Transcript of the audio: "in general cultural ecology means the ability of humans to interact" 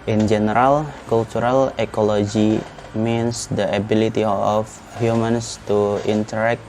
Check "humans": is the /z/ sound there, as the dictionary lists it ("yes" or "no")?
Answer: no